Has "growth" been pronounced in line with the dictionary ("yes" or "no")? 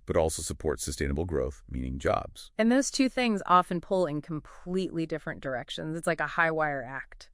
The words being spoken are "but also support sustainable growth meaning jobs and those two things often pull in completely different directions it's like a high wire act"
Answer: yes